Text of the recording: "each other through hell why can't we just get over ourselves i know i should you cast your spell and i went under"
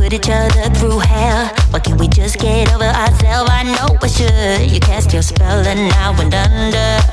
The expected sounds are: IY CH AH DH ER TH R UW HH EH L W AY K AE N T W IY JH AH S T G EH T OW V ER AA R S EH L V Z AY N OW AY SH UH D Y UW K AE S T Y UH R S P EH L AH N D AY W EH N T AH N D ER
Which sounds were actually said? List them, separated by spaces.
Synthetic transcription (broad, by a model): IY CH AH DH ER TH R UW HH EH L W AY K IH N W IY JH AH S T G EH T OW V ER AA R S EH L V AY N OW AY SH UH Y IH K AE S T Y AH R S P EH L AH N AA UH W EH N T AH N D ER